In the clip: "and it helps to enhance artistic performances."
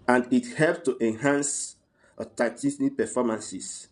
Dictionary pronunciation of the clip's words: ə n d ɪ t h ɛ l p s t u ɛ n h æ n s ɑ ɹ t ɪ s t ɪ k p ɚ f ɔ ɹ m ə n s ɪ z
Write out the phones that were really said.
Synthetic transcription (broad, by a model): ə n d ɪ t h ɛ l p t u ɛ n h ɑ n s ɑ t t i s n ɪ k p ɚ f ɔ m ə n s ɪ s